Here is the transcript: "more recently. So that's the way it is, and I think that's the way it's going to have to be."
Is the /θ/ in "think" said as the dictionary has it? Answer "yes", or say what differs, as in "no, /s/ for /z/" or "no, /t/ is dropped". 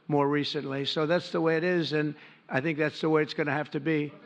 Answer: yes